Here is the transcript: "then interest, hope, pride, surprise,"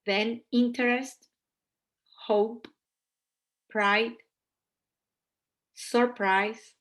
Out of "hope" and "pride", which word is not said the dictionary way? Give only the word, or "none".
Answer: none